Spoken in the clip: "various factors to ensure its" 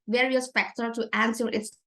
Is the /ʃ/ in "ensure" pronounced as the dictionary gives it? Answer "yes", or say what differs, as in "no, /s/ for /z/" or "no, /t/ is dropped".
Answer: no, /s/ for /ʃ/